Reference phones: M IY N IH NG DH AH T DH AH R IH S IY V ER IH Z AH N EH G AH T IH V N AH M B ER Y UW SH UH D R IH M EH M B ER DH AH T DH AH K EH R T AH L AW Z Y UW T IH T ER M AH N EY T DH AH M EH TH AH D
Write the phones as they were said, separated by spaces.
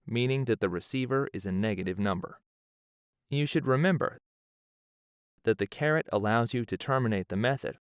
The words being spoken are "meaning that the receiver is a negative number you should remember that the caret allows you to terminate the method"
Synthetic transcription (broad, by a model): M IY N IH NG DH AH T DH AH R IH S IY V ER IH Z AH N EH G AH T IH V N AH M B ER Y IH SH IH D R IH M EH M B ER DH AH T DH AH K EH R T AH L AW Z Y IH T IH T ER M AH N EY T DH AH M EH TH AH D